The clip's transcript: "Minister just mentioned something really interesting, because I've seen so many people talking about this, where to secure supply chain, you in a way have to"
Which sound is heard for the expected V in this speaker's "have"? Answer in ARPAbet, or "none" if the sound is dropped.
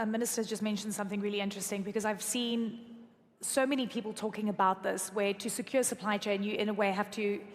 F